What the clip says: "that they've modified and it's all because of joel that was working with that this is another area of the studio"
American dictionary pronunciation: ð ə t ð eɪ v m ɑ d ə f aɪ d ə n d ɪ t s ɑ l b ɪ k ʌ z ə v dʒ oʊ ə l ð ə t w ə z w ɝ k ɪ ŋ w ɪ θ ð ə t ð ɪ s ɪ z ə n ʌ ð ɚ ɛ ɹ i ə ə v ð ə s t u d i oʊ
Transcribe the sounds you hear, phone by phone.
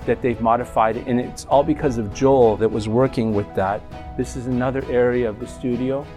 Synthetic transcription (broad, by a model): ð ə t ð eɪ v m ɑ d ə f aɪ d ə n ɪ t s ɑ l b ɪ k ʌ z ə v dʒ oʊ ə l ð ə t w ə z w ɝ k ɪ ŋ w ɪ ð ə t ð ɪ s ɪ z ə n ʌ ð ɚ ɛ ɹ i ə ə v ð ə s t u d i oʊ